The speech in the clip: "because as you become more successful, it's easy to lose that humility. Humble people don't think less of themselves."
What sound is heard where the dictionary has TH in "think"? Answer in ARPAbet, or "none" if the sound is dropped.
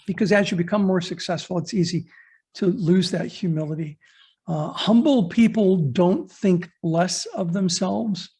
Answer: TH